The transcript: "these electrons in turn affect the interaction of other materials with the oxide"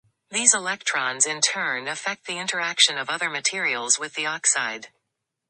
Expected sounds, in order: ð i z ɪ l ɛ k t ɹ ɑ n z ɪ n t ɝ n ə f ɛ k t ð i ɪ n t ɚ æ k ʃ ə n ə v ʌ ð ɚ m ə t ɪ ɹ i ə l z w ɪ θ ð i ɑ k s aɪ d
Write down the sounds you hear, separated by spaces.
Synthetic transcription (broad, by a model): ð i z ɪ l ɛ k t ɹ ɑ n z ɪ n t ɝ n ə f ɛ k t ð i ɪ n t ɚ æ k ʃ ə n ə v ʌ ð ɚ m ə t ɪ ɹ i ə l z w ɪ ð i ɑ k s aɪ d